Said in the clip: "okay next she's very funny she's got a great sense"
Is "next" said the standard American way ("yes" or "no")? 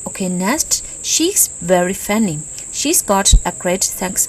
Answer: no